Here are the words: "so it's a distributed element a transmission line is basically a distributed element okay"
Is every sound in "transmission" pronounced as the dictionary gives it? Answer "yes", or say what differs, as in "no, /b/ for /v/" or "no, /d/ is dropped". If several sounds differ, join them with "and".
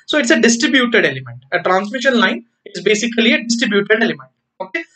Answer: yes